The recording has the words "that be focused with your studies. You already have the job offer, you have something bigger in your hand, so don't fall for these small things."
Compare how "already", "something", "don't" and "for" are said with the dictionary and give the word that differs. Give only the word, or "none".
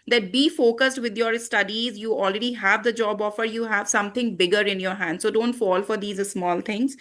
something